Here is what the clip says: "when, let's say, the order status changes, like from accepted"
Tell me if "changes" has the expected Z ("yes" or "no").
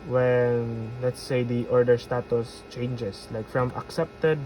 no